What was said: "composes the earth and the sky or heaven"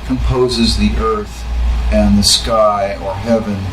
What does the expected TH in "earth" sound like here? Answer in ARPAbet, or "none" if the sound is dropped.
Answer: TH